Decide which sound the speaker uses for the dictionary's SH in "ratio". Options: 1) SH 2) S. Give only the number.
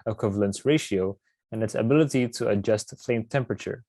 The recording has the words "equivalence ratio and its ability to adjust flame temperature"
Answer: 1